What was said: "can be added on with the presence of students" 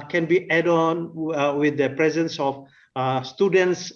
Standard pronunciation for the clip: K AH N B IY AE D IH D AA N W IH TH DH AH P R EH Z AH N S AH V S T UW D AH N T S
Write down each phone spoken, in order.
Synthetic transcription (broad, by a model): K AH N B IY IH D AA N W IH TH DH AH P R EH Z AH N S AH F S T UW D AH N T S